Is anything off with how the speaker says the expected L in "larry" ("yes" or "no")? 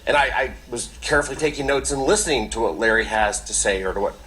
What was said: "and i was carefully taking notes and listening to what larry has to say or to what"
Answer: no